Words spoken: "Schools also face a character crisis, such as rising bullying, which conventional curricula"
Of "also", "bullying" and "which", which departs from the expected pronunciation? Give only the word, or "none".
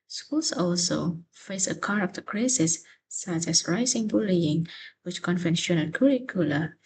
none